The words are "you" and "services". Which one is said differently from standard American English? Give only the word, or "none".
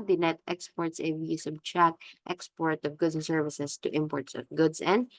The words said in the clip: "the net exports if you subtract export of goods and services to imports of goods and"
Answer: services